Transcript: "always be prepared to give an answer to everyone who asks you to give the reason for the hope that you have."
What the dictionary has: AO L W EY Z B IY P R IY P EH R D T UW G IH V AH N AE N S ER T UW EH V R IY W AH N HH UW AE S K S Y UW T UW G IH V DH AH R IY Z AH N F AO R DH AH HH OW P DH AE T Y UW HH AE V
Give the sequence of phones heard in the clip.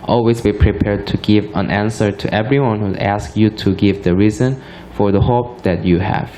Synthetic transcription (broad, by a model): AO L W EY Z B IY P R IY P EH R D T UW G IH V AH N AE N S ER T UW EH V R IY W AH N HH UW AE S K Y UW T UW G IH V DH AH R IY Z AH N F AO R DH AH HH OW P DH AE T Y UW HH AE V